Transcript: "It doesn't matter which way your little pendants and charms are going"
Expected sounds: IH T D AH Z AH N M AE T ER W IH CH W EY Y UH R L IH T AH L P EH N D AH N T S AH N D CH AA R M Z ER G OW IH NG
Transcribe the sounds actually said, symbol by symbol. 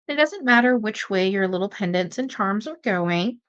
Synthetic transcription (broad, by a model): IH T D AH Z AH N M AE T ER W IH CH W EY Y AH R L IH T L P EH N D AH N T S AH N CH AA R M Z ER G OW IH NG